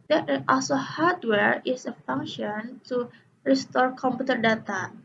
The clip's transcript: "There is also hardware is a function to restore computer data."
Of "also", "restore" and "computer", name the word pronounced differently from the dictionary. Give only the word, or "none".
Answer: none